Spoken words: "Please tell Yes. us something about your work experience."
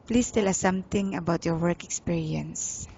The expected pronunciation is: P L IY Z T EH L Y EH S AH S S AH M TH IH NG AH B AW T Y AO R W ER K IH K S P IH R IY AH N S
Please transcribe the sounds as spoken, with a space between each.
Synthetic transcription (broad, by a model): P L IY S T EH L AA S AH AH M T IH NG AH B AW T Y AO R W ER K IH K S P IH R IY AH N S